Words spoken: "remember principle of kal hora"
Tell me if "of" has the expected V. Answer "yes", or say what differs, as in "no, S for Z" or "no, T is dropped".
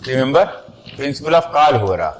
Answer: no, F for V